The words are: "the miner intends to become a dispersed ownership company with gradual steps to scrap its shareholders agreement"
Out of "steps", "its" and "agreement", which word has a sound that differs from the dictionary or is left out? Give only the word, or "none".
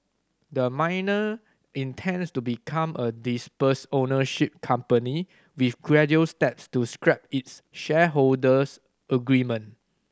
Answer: agreement